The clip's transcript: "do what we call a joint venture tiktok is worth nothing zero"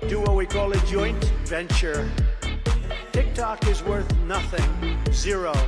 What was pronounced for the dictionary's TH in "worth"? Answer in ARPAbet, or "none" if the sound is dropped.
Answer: TH